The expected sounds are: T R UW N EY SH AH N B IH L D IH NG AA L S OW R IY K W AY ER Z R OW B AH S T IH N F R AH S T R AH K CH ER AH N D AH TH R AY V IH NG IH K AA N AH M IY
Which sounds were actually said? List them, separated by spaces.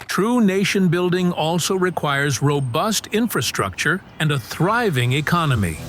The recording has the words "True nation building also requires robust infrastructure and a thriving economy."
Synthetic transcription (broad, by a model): T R UW N EY SH AH N B IH L D IH NG AA L S OW R IY K W AY ER Z R OW B AH S T IH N F R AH S T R AH K CH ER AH N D AH TH R AY V IH NG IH K AA N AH M IY